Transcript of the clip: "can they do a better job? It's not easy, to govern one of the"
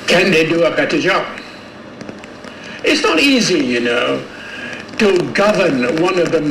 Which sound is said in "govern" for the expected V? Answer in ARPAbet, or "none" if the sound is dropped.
V